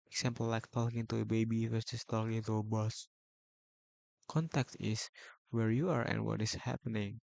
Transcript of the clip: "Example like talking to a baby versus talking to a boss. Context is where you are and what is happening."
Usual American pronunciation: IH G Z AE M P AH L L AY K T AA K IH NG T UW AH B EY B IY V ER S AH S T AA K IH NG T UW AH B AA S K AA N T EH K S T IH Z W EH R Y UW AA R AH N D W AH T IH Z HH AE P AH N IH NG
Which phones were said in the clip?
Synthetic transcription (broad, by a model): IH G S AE M P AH L L AY K T AA K IH NG T UW AH B EY B IY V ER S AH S T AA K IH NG T UW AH B AA S K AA N T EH K T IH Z W EH R Y UW AA R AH N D W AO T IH S HH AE P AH N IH NG